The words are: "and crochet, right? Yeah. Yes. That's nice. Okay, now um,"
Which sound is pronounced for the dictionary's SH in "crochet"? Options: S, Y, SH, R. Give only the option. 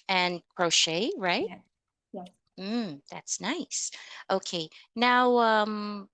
SH